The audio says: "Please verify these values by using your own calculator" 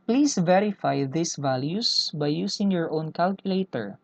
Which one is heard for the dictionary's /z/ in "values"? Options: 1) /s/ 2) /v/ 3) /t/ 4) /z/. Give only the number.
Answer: 1